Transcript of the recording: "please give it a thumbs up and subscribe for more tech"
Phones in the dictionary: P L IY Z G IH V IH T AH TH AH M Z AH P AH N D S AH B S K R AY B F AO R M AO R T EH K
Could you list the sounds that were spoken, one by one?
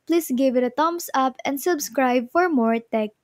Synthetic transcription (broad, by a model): P L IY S G IH V IH T AH T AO M S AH P AH N D S AH B S K R AY B F AO R M AO R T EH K